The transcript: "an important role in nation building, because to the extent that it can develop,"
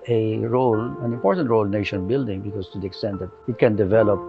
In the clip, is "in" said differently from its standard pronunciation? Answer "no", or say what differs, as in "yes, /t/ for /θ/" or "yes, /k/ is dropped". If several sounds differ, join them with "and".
yes, /l/ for /n/